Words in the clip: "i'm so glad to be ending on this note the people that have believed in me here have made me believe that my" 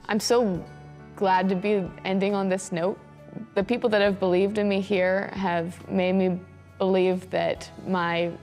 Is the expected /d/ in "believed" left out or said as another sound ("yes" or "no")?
no